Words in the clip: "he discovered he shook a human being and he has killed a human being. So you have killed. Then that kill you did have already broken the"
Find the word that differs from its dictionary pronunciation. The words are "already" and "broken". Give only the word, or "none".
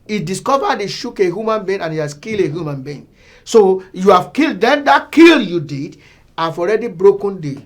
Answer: none